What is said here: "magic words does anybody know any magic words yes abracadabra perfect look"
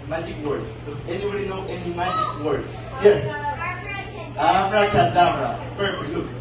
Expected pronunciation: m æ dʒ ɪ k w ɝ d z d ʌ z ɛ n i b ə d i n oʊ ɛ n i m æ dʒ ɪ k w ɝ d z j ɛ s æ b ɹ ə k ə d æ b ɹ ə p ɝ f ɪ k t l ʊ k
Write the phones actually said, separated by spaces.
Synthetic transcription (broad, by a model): m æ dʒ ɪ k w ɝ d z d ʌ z ɛ n i b ə d i n oʊ ɛ n i m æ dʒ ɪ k w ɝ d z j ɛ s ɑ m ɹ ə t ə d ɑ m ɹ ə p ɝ ɪ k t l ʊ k